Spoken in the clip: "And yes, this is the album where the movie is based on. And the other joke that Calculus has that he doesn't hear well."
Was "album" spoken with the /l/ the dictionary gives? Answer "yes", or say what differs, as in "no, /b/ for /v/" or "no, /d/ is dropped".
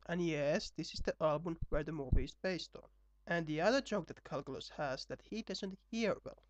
yes